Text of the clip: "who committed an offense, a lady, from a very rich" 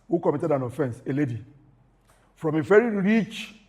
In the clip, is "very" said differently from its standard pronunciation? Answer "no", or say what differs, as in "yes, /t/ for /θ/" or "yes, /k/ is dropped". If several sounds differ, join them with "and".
yes, /f/ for /v/